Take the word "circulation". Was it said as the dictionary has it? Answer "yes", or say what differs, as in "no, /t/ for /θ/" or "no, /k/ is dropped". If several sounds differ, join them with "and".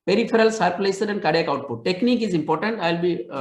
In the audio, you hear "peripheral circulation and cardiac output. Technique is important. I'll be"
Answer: no, /s/ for /ʃ/